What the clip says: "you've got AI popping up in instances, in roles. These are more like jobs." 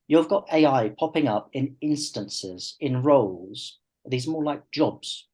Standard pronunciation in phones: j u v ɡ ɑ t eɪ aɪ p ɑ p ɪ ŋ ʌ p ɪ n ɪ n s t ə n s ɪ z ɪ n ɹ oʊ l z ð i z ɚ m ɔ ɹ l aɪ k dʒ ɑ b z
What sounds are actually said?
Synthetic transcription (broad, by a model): j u v ɡ ɑ t eɪ aɪ p ɑ p ɪ ŋ ʌ p ɪ n ɪ n s t ə n s ɪ z ɪ n ɹ oʊ l z ð i z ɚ m ɔ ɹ l aɪ k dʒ ɑ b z